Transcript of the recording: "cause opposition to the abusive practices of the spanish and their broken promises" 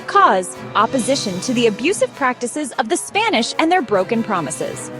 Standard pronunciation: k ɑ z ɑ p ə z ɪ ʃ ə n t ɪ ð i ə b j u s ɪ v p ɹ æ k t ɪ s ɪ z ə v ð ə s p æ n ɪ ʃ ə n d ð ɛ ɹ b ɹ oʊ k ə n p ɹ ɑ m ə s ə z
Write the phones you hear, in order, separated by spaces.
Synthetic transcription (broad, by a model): k ɑ z ɑ p ə z ɪ ʃ ə n t ɪ ð i ə b j u s ɪ v p ɹ æ k t ɪ s ɪ z ə v ð ə s p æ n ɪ ʃ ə n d ð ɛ ɹ b ɹ oʊ k ə n p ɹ ɑ m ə s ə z